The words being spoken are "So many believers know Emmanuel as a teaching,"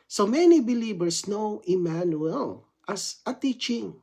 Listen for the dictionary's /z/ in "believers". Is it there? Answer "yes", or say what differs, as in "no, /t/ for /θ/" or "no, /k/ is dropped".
no, /s/ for /z/